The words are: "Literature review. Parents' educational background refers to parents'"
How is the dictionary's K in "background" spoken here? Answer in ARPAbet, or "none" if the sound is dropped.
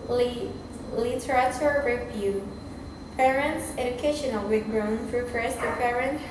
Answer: none